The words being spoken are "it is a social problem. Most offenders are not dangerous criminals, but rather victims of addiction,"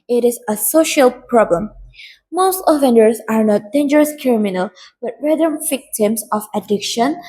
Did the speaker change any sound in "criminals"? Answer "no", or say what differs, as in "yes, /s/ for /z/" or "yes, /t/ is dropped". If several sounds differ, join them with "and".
yes, /z/ is dropped